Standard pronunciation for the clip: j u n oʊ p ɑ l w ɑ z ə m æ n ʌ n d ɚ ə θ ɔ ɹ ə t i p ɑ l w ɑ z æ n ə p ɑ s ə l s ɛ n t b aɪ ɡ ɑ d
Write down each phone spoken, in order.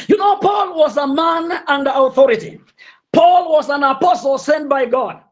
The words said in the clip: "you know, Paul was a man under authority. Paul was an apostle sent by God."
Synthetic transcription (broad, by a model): j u n oʊ p ɑ l w ɑ z ə m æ n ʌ n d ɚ ə θ ɔ ɹ ə t i p ɑ l w ɑ z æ n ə p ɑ s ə l s ɛ n t b aɪ ɡ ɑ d